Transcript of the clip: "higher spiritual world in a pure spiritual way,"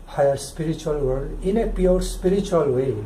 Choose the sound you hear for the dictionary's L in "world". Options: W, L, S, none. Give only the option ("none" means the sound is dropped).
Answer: none